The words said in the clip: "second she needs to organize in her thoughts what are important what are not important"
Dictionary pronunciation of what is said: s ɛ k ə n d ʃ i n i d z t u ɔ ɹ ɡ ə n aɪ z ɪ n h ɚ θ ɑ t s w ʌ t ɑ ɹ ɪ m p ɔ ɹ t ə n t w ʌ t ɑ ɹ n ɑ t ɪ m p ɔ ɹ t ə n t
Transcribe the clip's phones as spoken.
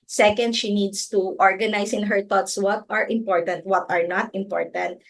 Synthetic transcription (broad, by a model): s ɛ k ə n d ʃ i n i d s t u ɔ ɹ ɡ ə n aɪ s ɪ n h ɚ t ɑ t s w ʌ t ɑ ɹ ɪ m p ɔ ɹ t ə n t w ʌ t ɑ ɹ n ɑ t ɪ m p ɔ ɹ t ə n t